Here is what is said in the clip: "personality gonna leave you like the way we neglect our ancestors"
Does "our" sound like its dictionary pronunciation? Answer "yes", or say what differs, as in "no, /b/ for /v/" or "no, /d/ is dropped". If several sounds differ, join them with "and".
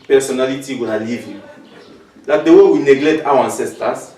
no, /w/ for /ɹ/